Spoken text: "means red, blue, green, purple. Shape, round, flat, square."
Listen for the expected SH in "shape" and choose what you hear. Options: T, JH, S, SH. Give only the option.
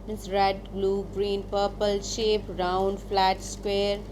SH